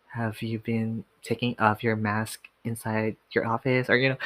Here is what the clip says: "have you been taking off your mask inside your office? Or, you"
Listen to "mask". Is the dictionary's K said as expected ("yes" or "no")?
yes